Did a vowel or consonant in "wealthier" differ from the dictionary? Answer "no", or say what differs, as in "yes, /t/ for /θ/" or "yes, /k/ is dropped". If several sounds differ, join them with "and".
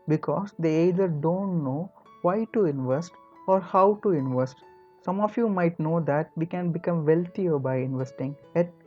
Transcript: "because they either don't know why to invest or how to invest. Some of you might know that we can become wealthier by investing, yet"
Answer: yes, /t/ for /θ/